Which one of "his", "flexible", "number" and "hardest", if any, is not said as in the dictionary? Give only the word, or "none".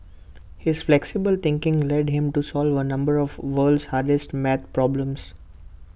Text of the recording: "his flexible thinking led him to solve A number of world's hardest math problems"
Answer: none